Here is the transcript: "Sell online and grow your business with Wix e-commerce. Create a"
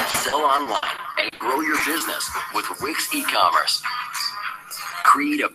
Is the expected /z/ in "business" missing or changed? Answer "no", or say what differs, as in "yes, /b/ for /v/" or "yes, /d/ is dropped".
no